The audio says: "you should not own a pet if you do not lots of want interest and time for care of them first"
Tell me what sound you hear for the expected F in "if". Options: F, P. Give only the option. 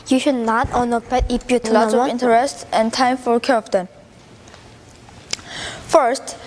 P